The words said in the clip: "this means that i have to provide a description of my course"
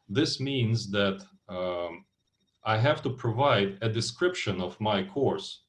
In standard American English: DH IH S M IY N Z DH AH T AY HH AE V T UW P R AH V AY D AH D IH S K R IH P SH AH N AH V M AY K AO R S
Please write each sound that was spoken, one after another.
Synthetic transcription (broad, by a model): DH IH S M IY N Z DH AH T AY HH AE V T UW P R AH V AY D AH D IH S K R IH P SH AH N AH V M AY K AO R S